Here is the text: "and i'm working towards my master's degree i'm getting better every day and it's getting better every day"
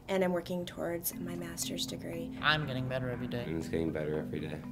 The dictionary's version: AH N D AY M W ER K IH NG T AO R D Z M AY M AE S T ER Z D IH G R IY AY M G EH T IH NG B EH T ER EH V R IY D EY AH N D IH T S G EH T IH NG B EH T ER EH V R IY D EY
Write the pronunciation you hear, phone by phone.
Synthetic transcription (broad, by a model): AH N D AY M W ER K IH NG T AO R D Z M AY M AE S T ER Z D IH G R IY AY M G EH T IH NG B EH T ER EH V R IY D EY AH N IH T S G EH T IH NG B EH T ER EH V R IY D EY